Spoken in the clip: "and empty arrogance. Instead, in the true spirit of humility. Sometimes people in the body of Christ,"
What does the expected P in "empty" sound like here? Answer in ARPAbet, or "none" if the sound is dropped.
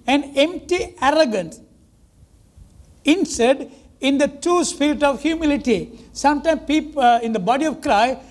P